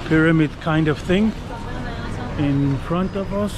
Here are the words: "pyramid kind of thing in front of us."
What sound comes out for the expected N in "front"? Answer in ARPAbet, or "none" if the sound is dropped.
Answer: N